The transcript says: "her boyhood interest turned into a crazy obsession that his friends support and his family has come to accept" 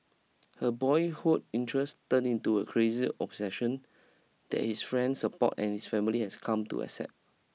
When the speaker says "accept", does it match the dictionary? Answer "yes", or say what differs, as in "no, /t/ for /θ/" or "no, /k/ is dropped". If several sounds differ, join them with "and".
no, /k/ is dropped and /p/ is dropped